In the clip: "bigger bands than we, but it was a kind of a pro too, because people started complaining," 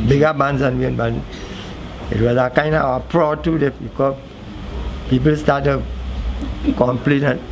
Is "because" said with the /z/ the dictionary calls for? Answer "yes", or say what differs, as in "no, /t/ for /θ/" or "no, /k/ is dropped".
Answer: no, /z/ is dropped